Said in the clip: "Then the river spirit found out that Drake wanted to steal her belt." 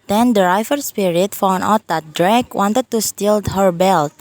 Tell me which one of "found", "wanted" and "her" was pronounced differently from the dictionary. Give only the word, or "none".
found